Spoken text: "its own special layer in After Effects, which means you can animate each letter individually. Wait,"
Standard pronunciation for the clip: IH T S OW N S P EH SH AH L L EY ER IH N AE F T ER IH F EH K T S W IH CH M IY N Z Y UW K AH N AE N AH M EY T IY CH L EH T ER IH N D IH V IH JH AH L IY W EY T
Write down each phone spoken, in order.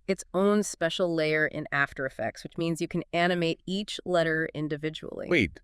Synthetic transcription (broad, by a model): IH T S OW N S P EH SH L L EY ER IH N AE F T ER IH F EH K T S W IH CH M IY N Z Y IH K AH N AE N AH M EY T IY CH L EH T ER IH N D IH V IH JH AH L IY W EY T